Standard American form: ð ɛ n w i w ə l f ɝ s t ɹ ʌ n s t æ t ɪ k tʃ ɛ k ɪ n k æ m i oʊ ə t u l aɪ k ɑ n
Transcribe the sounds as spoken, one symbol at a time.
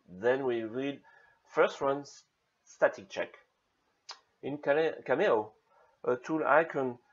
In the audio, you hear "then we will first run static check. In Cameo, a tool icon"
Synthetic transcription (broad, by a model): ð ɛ n w i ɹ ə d f ɝ s t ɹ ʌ n s t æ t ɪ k tʃ ɛ k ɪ n k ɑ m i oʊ ə t u l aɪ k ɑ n